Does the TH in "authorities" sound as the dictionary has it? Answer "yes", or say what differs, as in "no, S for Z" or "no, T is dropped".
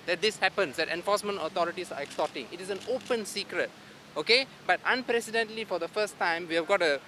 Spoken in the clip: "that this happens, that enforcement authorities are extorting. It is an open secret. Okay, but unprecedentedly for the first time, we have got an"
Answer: no, T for TH